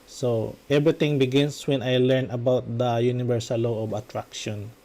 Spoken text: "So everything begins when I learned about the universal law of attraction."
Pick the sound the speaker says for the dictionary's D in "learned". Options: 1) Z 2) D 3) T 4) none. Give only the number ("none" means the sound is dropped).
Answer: 4